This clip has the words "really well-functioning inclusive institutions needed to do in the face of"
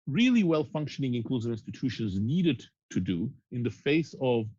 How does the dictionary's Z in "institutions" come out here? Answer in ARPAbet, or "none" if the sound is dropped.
Z